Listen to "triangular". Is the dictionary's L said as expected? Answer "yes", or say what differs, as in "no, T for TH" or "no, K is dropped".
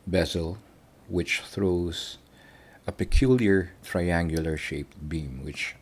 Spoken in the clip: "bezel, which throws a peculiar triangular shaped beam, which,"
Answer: yes